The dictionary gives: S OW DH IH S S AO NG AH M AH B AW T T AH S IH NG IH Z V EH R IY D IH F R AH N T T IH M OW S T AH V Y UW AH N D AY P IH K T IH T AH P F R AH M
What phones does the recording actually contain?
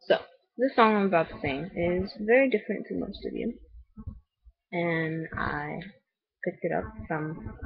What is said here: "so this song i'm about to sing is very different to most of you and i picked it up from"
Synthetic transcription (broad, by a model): S OW DH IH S S AO NG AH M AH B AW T S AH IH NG IH Z V EH R IY D IH F R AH N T T IH M OW S T AH V Y UW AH N AY P IH K T IH T AH P F R AH M